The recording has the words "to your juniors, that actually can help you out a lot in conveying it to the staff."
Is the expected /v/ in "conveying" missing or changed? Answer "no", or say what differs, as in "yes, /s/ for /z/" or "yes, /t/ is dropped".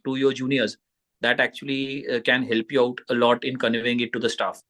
yes, /v/ is dropped